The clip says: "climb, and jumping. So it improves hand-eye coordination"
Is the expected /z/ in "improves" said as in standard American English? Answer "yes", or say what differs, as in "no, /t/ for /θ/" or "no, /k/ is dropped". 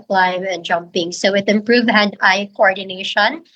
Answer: no, /z/ is dropped